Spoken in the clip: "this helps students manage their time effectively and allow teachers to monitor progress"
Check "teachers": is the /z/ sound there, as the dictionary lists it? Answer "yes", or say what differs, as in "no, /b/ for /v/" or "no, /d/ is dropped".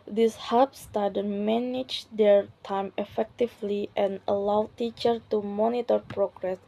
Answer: no, /z/ is dropped